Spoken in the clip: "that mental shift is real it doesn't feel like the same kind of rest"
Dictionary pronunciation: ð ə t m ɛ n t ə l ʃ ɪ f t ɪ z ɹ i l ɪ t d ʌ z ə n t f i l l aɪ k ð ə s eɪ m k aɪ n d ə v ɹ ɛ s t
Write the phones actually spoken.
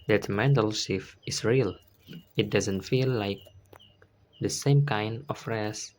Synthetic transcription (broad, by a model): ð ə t m ɛ n t ə l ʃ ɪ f ɪ s ɹ i l ɪ t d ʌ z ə n t f i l l aɪ k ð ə s eɪ m k aɪ n d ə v ɹ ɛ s